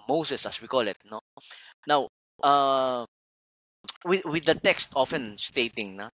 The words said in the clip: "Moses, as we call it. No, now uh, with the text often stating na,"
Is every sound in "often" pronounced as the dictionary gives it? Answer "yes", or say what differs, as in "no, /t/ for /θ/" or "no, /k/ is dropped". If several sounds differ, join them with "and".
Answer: yes